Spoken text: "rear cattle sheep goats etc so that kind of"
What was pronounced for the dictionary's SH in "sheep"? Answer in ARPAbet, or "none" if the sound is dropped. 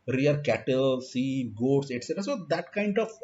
S